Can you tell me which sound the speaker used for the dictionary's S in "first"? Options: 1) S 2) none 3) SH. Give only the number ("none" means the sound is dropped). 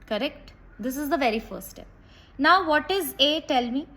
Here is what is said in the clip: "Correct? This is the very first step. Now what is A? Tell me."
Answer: 2